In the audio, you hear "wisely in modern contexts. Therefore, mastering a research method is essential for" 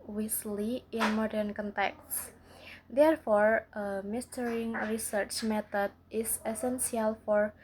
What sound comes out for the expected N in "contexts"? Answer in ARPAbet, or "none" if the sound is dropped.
N